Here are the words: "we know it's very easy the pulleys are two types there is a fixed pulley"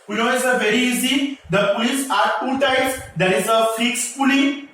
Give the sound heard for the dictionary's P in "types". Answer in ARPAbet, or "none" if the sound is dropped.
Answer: none